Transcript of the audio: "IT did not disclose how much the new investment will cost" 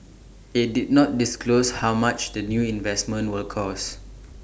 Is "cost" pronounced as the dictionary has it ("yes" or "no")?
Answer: no